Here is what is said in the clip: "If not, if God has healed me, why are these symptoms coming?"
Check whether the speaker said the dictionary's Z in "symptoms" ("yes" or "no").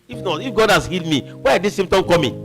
no